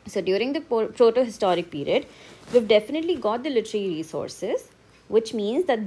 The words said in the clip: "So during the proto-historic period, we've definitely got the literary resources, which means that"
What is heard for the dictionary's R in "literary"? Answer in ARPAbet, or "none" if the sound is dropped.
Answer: L